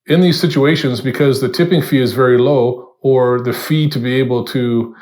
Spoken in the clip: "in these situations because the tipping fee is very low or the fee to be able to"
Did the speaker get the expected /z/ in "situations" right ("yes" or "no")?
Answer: yes